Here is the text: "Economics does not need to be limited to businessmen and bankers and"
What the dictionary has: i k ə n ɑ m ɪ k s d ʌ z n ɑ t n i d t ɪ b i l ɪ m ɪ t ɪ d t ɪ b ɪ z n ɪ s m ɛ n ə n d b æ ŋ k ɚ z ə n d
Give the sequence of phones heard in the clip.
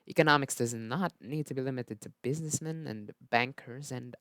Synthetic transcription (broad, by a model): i k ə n ɑ m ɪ k s d ʌ z n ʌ t n i d t ɪ b i l ɪ m ɪ t ɪ d t ɪ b ɪ z n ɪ s m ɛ n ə n b æ ŋ k ɚ z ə n